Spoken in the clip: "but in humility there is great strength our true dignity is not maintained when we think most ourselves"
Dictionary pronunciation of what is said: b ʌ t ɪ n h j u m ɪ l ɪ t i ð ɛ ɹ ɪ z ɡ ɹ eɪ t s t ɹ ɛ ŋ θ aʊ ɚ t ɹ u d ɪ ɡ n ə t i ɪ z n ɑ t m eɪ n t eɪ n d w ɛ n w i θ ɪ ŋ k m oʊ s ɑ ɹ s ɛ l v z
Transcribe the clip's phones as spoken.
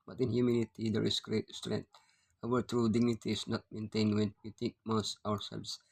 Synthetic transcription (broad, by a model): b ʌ t ɪ n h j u m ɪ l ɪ t i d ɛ ɹ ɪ s ɡ ɹ eɪ t s t ɹ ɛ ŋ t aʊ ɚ t ɹ u d ɪ ɡ n ə t i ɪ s n ɑ t m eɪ n t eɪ n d w ɛ n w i t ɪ k m oʊ s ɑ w s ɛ l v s